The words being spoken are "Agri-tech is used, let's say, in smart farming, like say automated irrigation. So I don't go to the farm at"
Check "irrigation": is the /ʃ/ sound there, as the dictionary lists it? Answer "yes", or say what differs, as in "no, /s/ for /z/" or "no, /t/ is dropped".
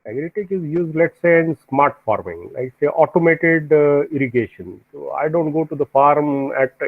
yes